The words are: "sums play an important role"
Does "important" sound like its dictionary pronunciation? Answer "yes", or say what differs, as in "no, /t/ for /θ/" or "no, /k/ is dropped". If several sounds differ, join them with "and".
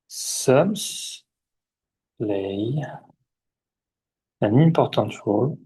no, /n/ is dropped